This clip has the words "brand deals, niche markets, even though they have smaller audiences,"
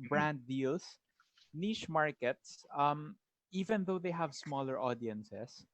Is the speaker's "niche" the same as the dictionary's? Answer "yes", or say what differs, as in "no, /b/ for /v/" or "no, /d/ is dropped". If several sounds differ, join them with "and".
no, /ʃ/ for /tʃ/